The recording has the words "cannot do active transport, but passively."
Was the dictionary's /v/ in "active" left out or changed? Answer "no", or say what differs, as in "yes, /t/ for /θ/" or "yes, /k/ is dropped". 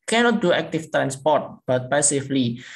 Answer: yes, /f/ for /v/